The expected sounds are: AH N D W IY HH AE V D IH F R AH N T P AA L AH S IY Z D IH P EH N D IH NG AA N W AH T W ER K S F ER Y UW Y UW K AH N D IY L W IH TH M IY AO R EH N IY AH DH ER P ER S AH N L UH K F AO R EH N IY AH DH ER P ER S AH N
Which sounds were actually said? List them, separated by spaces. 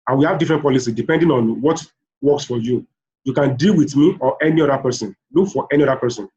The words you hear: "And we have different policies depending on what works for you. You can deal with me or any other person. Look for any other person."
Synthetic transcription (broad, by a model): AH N W IY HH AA V D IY F R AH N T P AA L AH S IY D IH P EH N D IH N AA N W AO T W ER K S F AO Y UW Y UW K AH N D IY L W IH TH M IY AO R EH N IY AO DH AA P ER S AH N L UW K F AO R EH N IY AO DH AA P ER S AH N